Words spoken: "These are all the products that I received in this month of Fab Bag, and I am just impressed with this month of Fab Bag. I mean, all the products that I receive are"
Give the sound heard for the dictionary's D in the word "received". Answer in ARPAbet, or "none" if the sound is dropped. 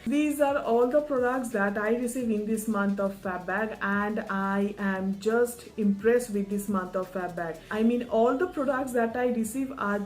none